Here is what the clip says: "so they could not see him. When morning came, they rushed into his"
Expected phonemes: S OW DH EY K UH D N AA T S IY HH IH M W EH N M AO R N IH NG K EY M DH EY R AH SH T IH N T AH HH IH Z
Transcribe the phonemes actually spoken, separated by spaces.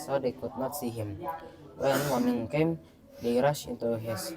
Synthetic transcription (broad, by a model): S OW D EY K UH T N AA T S IY HH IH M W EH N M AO N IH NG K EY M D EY R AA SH IH N T AH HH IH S